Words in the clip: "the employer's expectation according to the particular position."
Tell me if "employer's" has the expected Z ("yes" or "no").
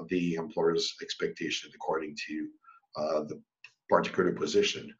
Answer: yes